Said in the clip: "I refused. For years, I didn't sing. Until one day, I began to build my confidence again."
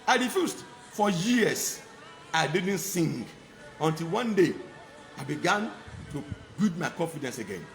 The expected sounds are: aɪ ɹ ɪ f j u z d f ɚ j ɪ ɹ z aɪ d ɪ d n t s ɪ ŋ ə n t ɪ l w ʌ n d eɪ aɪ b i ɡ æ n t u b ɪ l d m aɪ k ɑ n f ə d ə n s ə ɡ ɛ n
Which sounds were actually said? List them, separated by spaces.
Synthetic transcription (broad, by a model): aɪ ɹ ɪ f j u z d f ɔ j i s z aɪ d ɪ d n t s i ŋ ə n t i l w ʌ n d eɪ aɪ b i ɡ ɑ n t u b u d m aɪ k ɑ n f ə d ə n s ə ɡ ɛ n